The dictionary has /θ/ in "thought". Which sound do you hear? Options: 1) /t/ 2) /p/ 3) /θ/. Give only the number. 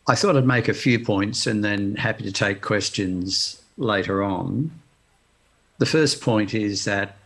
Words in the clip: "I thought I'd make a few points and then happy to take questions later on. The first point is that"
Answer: 3